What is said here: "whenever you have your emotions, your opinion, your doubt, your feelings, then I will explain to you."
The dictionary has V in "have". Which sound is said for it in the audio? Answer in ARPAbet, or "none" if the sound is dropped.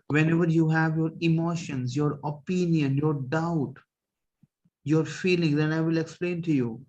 V